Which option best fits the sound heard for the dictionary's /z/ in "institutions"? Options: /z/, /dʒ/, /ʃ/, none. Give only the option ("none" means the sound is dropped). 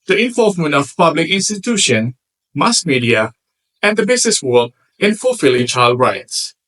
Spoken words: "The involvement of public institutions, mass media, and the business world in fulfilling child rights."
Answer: none